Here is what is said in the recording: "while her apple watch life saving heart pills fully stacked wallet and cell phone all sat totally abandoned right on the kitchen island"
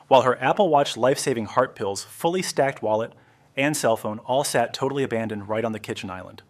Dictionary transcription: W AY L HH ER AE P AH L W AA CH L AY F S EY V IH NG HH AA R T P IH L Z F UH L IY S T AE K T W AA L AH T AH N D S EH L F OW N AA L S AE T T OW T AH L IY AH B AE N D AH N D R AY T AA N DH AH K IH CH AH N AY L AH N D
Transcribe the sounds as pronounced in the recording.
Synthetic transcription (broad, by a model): W AY L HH ER AE P L W AA CH L AY F S EY V IH NG HH AA R T P IH L Z F UH L IY S T AE K T W AA L AH T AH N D S EH L F OW N AA L S AE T T OW T L IY AH B AE N D AH N D R AY T N DH AH K IH CH AH N AY L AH N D